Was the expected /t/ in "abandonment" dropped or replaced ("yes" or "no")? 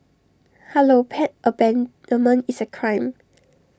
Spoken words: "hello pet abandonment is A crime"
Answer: yes